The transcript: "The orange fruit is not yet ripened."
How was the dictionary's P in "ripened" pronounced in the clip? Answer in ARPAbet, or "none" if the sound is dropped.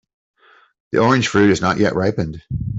P